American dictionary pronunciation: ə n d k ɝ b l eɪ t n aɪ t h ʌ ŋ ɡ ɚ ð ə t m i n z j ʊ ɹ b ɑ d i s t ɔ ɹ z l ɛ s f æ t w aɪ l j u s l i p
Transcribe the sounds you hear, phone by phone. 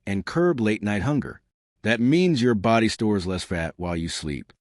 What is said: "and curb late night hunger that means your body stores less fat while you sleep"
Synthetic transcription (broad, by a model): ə n k ɝ b l eɪ t n aɪ t h ʌ ŋ ɡ ɚ ð ə t m i n z j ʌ ɹ b ɑ d i s t ɔ ɹ z l ɛ s f æ t w aɪ l j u s l i p